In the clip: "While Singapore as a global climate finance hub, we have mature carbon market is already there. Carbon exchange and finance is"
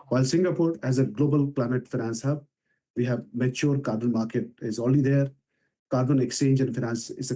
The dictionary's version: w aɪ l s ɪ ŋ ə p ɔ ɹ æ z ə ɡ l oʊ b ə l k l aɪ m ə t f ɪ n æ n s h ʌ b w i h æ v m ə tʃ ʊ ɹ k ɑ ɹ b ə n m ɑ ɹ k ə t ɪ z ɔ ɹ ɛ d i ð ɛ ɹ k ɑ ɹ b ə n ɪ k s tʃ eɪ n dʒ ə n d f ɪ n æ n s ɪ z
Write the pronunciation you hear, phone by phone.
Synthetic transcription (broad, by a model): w aɪ l s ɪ ŋ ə p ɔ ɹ æ z ə ɡ l oʊ b ə l k l aɪ m ə t f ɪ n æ n s h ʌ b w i h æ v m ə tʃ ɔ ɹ k ɑ ɹ b ə n m ɑ ɹ k ə t ɪ z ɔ l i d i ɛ ɹ k ɑ ɹ b ə n ɪ k s tʃ eɪ n dʒ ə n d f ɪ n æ n s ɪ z